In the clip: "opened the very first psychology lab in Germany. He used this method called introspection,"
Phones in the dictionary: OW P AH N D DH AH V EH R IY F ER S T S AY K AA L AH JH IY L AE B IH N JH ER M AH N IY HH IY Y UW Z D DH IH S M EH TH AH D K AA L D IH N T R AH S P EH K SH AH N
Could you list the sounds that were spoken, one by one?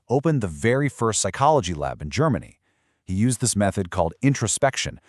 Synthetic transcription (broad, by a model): OW P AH N DH AH V EH R IY F ER S T S AY K AA L AH JH IY L AE B IH N JH ER M AH N IY HH IY Y UW Z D DH IH S M EH TH AH D K AA L D IH N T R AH S P EH K SH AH N